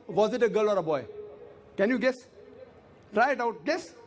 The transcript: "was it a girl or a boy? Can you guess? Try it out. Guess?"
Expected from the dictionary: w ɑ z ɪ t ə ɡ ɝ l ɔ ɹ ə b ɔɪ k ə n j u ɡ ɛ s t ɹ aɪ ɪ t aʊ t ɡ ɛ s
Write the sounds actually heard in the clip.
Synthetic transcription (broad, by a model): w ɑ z ɪ t ə ɡ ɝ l ɔ ɹ ə b ɔɪ k ə n j u ɡ ɛ s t ɹ aɪ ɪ t aʊ t ɡ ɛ s